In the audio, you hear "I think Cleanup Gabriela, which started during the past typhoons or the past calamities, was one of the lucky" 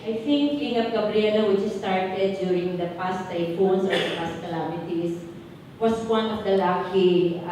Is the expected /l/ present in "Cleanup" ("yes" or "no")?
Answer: no